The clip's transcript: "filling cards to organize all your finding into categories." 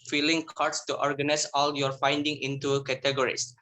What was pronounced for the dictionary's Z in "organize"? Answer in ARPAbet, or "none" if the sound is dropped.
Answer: S